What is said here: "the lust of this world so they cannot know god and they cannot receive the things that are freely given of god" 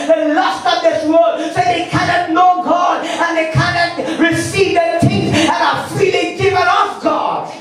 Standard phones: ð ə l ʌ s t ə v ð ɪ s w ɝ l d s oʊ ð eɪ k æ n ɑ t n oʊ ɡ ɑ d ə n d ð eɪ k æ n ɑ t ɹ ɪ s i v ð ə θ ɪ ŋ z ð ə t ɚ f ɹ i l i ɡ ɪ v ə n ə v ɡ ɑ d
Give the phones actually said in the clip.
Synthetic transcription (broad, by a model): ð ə l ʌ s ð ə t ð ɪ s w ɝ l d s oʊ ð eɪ k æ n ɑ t n oʊ ɡ ɑ d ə n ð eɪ k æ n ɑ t ɹ ɪ s i v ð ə t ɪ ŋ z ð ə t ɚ f ɹ i l i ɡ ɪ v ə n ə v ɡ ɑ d